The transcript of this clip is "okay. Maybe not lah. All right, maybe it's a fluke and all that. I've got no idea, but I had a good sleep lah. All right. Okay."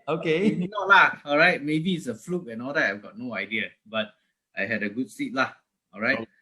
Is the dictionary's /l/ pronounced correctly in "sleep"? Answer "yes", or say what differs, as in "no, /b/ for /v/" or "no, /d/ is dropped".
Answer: no, /l/ is dropped